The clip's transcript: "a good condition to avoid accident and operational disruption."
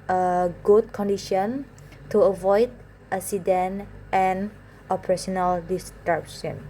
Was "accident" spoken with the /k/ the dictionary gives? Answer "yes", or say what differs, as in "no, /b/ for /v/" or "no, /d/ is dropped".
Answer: no, /k/ is dropped